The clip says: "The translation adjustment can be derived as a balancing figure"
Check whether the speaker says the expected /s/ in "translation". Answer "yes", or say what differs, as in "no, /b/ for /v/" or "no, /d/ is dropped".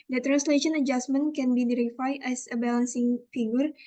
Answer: yes